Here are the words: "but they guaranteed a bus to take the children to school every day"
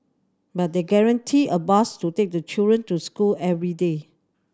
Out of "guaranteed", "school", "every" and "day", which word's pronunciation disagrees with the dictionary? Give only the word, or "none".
guaranteed